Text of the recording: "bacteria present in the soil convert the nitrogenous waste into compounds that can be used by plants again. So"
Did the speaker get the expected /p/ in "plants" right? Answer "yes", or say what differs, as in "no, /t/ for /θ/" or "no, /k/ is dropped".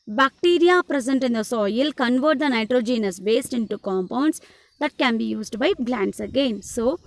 no, /b/ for /p/